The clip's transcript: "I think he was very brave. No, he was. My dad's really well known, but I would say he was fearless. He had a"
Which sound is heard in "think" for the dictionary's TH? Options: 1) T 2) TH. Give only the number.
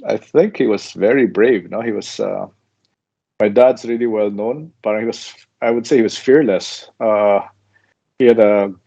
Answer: 2